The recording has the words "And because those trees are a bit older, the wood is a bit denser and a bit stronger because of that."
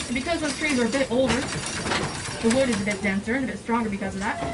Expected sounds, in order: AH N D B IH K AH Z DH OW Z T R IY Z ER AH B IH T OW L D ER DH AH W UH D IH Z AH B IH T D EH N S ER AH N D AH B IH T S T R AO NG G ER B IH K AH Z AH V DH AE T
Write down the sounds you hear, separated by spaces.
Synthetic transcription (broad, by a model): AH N B IH K AH Z DH OW Z T R IY Z ER AH B IH T OW L D ER DH AH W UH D IH Z AH B IH T D EH N S ER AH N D AH B IH T S T R AO NG G ER B IH K AH Z AH V DH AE T